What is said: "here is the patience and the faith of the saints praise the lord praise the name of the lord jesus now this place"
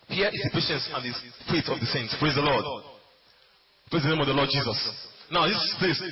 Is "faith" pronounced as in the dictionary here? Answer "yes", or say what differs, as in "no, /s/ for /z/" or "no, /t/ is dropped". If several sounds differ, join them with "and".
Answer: no, /t/ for /θ/